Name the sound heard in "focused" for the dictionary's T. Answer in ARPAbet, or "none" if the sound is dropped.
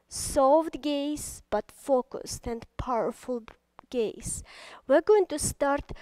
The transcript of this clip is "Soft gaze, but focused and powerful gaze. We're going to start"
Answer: T